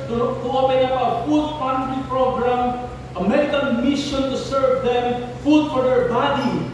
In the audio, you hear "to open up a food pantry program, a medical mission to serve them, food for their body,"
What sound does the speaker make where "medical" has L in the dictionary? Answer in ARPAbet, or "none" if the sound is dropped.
N